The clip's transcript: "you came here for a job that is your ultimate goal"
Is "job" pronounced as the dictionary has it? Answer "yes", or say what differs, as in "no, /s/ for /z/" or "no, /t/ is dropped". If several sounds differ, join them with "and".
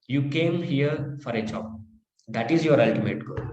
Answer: no, /tʃ/ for /dʒ/